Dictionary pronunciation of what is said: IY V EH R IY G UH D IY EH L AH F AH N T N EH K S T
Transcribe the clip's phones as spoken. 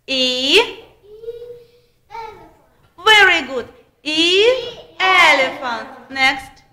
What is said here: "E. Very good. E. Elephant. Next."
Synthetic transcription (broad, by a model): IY V EH R IY G UH D IY EH L AH F AH N T N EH K S T